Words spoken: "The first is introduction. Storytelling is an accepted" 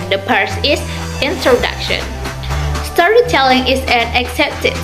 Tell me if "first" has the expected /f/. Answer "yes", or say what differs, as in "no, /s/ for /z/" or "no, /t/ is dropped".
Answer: no, /p/ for /f/